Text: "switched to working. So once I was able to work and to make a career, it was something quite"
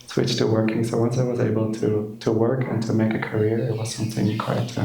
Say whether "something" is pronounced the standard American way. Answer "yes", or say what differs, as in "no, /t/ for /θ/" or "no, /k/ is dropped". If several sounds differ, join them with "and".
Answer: yes